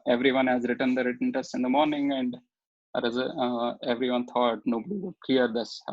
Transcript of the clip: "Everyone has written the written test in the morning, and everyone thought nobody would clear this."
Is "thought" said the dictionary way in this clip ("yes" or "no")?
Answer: no